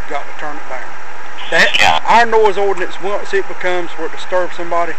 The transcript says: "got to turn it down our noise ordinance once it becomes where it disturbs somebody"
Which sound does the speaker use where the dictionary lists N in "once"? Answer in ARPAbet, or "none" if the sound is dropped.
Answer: none